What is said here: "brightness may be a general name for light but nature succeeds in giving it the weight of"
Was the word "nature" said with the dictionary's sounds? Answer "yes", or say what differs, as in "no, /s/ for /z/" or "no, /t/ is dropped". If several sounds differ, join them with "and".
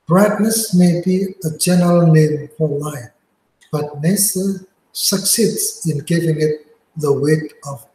no, /s/ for /tʃ/